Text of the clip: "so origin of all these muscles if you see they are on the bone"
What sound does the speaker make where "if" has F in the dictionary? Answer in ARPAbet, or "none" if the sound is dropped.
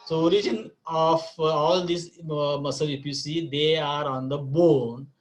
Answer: P